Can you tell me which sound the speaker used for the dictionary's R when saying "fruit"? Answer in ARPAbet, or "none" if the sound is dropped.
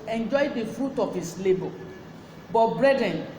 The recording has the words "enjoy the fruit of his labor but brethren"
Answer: R